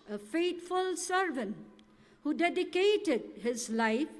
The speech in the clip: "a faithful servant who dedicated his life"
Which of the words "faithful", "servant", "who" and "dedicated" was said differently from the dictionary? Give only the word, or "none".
faithful